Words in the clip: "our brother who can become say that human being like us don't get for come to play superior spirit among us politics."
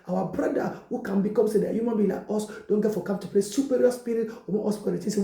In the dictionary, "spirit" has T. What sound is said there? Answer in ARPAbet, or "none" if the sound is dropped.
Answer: none